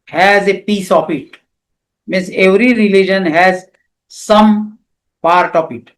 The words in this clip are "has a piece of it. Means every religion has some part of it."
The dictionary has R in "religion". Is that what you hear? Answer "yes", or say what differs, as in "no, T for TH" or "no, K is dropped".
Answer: yes